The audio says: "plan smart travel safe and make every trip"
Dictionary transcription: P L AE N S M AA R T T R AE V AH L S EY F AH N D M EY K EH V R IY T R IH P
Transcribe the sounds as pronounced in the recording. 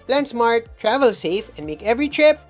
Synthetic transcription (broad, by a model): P L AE N S M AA R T T R AE V AH L S EY F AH N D M EY K EH V R IY T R IH P